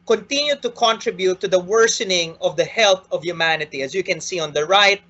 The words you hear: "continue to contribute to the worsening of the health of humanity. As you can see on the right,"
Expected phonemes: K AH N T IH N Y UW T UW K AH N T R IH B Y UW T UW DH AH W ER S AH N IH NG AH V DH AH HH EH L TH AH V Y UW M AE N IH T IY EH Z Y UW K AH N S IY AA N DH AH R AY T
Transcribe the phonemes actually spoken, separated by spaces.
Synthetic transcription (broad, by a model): K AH N T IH N Y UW T UW K AH N T R IH B Y UW T UW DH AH W ER S AH N IH NG AH V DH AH HH EH L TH AH V Y UW M AE N IH T IY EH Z Y UW K AH N S IY AA N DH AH R AY T